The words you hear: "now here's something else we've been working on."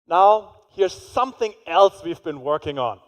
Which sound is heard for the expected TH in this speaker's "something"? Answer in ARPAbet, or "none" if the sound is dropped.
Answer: TH